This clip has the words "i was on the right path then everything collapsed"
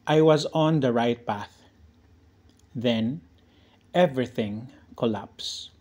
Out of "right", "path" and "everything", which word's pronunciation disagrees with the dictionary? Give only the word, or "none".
none